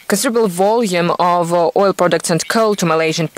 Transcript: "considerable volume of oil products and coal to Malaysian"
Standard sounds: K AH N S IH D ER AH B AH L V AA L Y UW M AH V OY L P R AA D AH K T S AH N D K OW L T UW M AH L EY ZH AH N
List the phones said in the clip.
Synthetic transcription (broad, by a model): K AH N S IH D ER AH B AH L V AA L Y UW M AH V OY L P R AA D AH K T S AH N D K OW L T UW M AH L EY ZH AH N